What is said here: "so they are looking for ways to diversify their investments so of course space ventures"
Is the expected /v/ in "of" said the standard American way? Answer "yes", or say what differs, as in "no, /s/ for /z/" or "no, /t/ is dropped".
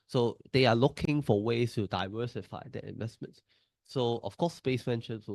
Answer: no, /f/ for /v/